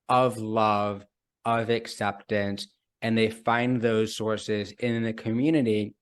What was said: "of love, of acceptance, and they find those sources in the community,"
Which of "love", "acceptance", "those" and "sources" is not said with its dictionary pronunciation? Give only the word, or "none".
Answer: none